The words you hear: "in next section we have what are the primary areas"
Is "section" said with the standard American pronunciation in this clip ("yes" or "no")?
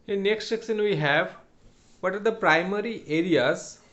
no